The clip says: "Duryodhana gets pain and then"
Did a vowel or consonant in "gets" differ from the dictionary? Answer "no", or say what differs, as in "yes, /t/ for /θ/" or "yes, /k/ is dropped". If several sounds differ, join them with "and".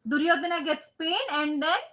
no